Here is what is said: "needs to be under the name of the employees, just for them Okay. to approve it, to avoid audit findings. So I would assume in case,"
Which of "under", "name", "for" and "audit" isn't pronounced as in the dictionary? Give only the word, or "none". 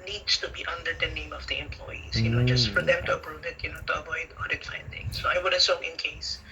none